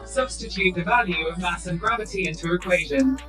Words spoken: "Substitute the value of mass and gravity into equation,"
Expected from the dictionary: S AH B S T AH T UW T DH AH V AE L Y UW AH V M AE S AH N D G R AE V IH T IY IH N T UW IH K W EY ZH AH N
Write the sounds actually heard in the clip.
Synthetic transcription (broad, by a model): S AH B S T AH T UW T DH AH V AE L Y UW AH V M AE S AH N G R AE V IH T IY IH N T UW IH K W EY ZH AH N